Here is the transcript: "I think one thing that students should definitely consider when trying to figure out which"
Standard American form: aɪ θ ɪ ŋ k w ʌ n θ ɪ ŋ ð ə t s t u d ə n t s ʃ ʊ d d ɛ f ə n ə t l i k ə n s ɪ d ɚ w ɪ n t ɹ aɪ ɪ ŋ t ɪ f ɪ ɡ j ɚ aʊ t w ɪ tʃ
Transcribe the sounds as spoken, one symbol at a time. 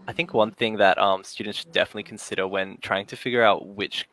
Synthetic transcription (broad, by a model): aɪ θ ɪ ŋ k w ʌ n θ ɪ ŋ ð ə t s t u d n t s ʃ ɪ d d ɛ f ə n ə t l i k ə n s ɪ d ɚ w ɪ n t ɹ aɪ ɪ ŋ t ɪ f ɪ ɡ j ɚ aʊ t w ɪ tʃ